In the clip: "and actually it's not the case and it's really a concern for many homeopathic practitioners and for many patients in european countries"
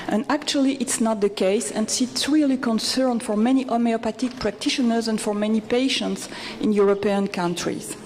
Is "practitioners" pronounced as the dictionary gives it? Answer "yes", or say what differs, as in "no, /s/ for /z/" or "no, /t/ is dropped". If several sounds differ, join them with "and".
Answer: yes